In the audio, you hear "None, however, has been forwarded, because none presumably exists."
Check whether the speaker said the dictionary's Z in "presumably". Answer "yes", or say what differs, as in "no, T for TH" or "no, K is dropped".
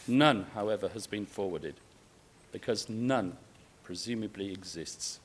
yes